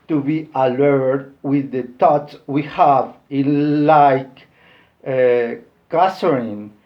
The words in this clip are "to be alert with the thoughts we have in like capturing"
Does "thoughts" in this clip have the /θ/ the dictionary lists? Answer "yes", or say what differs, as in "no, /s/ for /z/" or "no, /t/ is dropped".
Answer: no, /t/ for /θ/